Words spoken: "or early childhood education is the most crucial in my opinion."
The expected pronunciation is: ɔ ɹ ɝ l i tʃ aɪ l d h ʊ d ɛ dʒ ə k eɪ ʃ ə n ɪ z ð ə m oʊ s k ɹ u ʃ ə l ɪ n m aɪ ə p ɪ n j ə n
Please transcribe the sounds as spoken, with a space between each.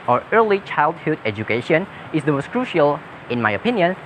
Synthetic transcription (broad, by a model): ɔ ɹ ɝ l i tʃ aɪ l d h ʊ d ɛ dʒ ə k eɪ ʃ ə n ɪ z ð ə m oʊ s k ɹ u ʃ ə l ɪ n m aɪ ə p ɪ n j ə n